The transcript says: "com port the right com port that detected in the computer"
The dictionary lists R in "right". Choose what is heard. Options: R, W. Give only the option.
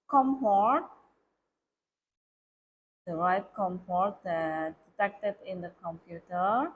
W